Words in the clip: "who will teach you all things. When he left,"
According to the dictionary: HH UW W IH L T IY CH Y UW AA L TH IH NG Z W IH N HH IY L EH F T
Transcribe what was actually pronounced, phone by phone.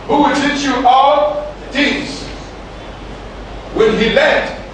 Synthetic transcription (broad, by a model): HH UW W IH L T IY CH Y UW AA L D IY Z W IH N HH IY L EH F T